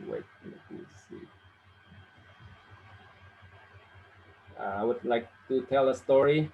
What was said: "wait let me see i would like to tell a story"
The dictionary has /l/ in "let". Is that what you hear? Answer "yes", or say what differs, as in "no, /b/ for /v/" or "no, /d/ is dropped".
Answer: no, /n/ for /l/